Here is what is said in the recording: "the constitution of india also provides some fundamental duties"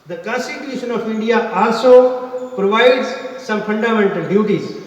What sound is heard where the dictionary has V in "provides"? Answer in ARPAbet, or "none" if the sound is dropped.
V